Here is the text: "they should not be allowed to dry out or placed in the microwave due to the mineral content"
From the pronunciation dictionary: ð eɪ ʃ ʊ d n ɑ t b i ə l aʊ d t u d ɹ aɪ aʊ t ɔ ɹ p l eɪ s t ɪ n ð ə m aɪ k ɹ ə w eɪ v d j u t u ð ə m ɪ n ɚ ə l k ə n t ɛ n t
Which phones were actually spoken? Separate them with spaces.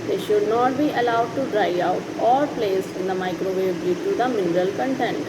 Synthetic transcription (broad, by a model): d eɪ ʃ ʊ d n ɑ t b i ə l aʊ d t u d ɹ aɪ aʊ t ɔ ɹ p l eɪ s ɪ n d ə m aɪ k ɹ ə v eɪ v d j u t u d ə m ɪ n ɚ ə l k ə n t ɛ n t